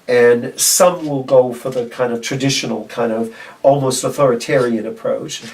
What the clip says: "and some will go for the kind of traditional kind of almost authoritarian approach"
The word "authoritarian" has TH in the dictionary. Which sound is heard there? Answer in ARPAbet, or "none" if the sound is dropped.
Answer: TH